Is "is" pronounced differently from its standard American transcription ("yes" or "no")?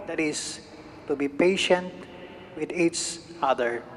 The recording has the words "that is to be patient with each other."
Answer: yes